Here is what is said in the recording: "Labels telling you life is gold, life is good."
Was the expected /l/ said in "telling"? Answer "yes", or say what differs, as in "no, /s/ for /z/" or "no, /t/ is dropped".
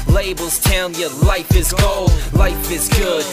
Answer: no, /l/ is dropped